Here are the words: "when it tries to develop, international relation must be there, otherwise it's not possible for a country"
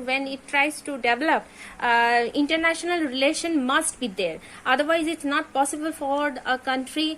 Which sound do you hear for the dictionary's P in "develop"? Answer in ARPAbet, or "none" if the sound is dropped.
P